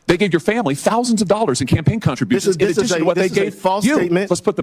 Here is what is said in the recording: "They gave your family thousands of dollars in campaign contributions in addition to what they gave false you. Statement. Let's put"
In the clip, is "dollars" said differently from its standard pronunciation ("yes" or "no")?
no